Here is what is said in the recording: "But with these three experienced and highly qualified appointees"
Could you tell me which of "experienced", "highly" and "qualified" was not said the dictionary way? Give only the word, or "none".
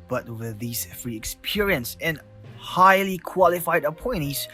experienced